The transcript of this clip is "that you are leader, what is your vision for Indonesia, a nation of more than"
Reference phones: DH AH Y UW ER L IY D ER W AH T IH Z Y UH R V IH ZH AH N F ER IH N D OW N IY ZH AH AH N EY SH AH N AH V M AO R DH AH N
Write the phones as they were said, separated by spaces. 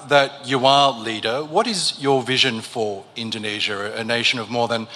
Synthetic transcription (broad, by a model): DH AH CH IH ER L IY D ER W AH T IH Z Y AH R V IH ZH AH N F ER IH N D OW N IY ZH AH AH N EY SH AH N AH V M AO R DH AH N